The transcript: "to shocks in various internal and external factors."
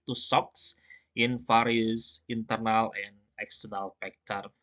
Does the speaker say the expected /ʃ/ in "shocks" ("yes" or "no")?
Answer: no